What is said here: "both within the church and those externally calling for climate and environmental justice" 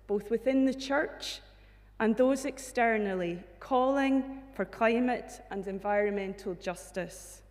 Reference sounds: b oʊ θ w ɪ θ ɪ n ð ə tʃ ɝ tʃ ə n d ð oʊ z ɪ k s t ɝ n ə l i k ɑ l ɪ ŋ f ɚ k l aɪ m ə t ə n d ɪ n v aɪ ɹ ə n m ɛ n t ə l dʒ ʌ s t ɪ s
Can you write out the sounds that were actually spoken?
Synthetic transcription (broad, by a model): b oʊ θ w ɪ θ ɪ n ð ə tʃ ɝ tʃ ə n ð oʊ z ɪ k s t ɝ n ə l i k ɑ l ɪ ŋ f ɚ k l aɪ m ə t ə n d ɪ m v aɪ ɹ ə n m ɛ n t ə l dʒ ʌ s t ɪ s